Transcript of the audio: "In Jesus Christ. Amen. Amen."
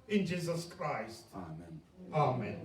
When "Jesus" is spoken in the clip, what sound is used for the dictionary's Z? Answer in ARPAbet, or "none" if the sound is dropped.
Z